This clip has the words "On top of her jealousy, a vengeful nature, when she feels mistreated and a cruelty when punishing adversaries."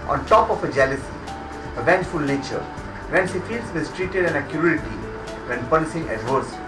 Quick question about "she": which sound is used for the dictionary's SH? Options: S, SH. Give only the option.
S